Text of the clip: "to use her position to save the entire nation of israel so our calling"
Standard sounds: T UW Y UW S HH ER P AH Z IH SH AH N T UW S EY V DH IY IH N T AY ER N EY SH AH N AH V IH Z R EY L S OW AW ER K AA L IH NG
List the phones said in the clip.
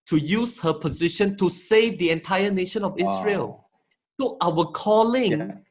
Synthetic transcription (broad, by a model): T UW Y UW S HH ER P AH Z IH SH AH N T UW S EY V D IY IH N T AY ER N EY SH AH N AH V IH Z R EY L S OW AW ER K AA L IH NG